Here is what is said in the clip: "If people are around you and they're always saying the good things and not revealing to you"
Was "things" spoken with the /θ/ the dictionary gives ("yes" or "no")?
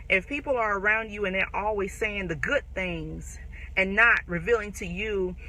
yes